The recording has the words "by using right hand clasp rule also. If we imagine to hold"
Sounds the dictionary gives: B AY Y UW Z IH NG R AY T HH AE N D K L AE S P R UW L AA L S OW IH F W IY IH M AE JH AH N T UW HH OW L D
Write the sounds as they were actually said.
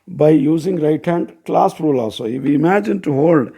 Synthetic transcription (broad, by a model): B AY Y UW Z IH NG R AY T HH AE N D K L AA S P R UW L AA S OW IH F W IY IH M AE JH AH N T UW HH OW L D